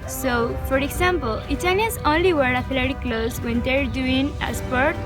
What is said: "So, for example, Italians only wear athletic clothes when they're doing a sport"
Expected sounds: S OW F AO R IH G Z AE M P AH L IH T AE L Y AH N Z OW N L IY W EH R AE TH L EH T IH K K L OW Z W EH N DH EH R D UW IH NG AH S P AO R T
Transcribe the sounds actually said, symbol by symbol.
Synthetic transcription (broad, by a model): S OW F AO R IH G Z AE M P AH L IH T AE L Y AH Z OW N L IY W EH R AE F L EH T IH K K L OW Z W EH N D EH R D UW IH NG AH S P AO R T